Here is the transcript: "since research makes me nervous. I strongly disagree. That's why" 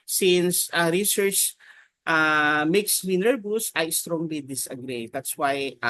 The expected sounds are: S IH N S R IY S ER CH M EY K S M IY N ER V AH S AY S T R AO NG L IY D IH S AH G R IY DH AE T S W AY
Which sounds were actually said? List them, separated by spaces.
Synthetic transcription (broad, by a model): S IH N S R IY S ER CH M EY K S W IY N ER B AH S AY S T R AO NG L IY D IH S AH G R IY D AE T S W AY